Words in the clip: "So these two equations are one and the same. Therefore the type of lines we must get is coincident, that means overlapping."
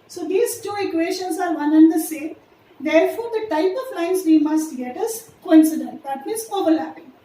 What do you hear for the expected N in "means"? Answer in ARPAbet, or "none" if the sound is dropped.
none